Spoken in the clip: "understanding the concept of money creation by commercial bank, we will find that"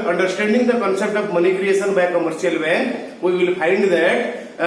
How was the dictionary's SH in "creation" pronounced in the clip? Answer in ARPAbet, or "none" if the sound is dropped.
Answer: S